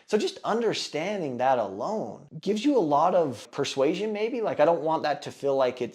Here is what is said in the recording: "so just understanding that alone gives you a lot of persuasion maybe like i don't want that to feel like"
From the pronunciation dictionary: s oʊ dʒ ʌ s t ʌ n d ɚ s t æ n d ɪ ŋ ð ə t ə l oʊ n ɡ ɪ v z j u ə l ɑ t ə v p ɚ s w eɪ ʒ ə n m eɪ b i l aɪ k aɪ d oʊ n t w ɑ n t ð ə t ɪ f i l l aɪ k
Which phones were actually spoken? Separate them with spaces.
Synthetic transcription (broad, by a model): s oʊ dʒ ʌ s t ʌ n d ɚ s t æ n d ɪ ŋ ð ə t ə l oʊ n ɡ ɪ v z j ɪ ə l ɑ t ə v p ɚ s w eɪ ʒ ə n m eɪ b i l aɪ k aɪ d oʊ n t w ɑ n ð ə t ɪ f i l l aɪ k